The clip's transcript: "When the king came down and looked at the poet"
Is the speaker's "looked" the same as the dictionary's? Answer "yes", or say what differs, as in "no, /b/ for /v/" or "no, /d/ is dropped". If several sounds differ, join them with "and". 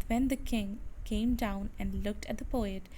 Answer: yes